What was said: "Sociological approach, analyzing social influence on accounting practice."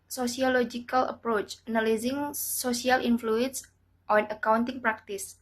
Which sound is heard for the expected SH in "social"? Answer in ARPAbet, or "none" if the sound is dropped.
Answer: S